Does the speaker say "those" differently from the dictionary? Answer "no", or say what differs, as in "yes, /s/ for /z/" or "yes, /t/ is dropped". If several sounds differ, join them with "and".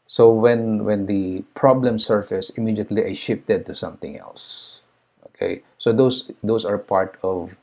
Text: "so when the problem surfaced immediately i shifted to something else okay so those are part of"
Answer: yes, /s/ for /z/